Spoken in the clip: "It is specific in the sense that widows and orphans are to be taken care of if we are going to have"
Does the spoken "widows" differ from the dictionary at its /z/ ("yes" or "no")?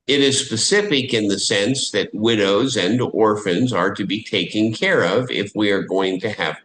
no